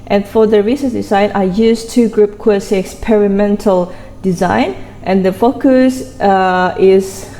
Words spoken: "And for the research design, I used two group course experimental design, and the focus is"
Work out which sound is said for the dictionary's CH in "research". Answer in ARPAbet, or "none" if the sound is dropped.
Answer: S